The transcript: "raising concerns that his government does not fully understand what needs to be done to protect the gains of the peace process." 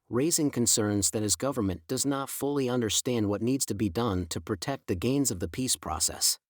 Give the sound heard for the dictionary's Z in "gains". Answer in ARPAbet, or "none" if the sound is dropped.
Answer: Z